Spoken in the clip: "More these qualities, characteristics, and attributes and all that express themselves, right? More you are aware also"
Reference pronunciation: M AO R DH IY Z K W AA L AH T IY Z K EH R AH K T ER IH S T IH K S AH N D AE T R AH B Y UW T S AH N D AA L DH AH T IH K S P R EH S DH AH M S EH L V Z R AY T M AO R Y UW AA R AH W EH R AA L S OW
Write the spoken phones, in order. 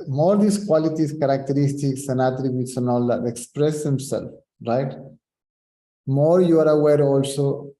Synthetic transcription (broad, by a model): M AO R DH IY S K W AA L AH T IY S K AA R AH K T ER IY S T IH K S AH N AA T R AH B Y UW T S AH N AA L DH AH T IH K S P R EH S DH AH M S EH L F R AY T M AO R Y UW AA R AH W EH R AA L S OW